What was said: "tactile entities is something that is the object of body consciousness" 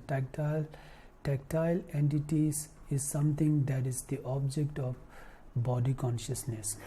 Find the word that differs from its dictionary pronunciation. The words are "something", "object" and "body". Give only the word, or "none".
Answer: something